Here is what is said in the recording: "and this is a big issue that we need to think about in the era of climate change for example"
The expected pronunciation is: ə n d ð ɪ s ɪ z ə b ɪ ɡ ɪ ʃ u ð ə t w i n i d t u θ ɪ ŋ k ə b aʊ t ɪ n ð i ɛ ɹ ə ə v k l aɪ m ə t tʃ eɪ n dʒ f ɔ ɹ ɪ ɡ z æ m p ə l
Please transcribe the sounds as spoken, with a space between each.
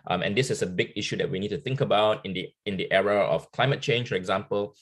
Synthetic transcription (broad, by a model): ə n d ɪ s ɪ s ə b ɪ ɡ ɪ ʃ u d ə t w i n i d t u θ ɪ ŋ k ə b aʊ t ɪ n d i ɛ ɹ ə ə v k l aɪ m ə t tʃ eɪ n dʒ f ɔ ɹ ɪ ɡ z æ m p ə l